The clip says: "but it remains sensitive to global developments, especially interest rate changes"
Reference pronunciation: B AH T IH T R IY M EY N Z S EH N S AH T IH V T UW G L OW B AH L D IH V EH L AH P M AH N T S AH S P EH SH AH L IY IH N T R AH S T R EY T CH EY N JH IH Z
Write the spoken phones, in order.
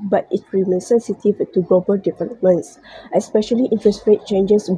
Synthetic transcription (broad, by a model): B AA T IH T R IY M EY N S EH N S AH T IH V T UW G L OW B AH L D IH P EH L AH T M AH N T S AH S P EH SH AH L IY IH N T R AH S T R EY T CH EY N JH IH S